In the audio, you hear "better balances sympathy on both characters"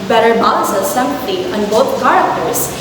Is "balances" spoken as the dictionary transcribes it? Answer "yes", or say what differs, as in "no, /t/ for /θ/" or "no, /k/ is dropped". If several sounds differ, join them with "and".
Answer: no, /n/ is dropped